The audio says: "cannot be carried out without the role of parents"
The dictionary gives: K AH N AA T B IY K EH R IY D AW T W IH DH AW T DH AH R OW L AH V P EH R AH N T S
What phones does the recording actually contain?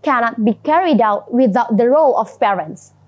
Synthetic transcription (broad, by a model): K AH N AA T B IY K EH R IY D AW T W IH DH AW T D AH R OW L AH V P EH R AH N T S